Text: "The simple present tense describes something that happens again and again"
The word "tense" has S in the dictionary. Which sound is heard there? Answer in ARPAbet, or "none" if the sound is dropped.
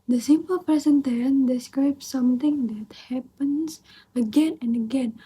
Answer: none